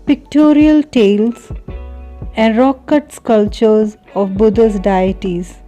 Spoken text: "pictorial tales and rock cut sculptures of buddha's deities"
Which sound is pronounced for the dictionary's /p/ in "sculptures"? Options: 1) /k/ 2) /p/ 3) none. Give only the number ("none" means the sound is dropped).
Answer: 3